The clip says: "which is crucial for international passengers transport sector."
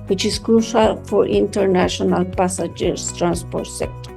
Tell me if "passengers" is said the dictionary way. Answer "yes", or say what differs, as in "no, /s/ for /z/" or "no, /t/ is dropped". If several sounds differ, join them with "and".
no, /n/ is dropped